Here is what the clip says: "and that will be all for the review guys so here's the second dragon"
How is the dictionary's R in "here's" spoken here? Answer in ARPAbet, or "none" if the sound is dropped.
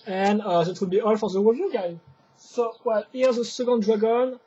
L